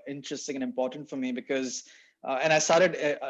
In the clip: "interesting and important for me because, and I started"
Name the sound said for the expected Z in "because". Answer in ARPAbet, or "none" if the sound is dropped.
Z